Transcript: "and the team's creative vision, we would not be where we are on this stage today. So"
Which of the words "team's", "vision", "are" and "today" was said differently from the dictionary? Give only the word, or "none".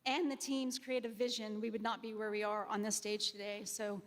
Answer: none